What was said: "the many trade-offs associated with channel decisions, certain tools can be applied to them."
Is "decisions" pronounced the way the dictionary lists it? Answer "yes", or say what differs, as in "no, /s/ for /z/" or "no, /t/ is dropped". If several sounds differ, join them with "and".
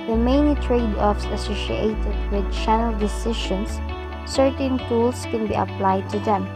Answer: no, /ʃ/ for /ʒ/